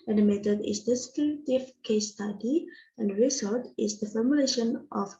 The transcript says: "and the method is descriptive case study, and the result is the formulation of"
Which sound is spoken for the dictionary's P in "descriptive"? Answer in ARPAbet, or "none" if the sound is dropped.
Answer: none